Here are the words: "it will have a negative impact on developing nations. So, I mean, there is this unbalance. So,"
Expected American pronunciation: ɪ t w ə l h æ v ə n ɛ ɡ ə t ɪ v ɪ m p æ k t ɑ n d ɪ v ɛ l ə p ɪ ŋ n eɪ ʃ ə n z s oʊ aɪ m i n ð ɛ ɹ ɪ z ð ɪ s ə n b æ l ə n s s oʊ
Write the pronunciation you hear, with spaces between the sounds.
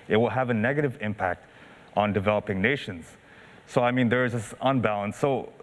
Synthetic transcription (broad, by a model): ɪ t w ə l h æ v ə n ɛ ɡ ə t ɪ v ɪ m p æ k t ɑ n d ɪ v ɛ l ə p ɪ ŋ n eɪ ʃ ə n z s oʊ aɪ m i n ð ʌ ɹ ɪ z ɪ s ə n b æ l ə n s s oʊ